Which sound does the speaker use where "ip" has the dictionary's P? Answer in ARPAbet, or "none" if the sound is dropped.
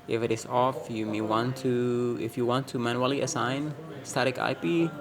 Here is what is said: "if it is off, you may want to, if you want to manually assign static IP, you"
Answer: P